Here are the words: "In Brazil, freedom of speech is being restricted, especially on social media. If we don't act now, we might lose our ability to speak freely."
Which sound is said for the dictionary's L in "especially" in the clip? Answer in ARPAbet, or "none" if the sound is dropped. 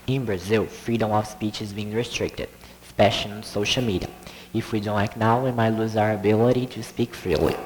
none